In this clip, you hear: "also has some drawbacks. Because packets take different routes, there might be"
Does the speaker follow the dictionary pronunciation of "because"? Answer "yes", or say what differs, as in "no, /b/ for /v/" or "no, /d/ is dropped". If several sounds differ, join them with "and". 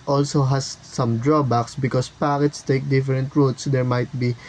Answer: no, /s/ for /z/